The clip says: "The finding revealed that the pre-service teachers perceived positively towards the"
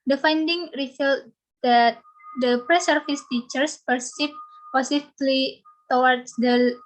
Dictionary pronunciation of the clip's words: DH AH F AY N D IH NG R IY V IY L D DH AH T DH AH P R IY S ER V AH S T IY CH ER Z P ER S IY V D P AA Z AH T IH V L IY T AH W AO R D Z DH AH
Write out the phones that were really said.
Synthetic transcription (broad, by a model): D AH F AY N D IH NG R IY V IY L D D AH T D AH P R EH S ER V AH S T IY CH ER S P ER S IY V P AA S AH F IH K L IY T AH W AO R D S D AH